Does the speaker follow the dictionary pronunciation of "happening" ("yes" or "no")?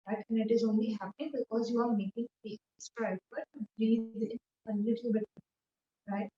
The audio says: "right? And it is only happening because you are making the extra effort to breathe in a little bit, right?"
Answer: no